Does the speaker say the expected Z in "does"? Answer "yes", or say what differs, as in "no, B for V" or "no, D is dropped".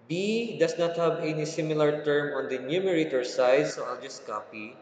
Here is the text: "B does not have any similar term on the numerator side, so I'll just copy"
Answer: no, S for Z